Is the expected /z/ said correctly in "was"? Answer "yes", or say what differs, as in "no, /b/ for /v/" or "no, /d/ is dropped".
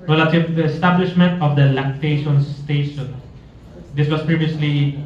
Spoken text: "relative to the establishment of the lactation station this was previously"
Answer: no, /s/ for /z/